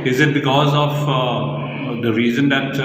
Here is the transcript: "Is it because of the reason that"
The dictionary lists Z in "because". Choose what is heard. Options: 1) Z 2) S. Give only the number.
1